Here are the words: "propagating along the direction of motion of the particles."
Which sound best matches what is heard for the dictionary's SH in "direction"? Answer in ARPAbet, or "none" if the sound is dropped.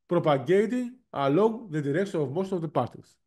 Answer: S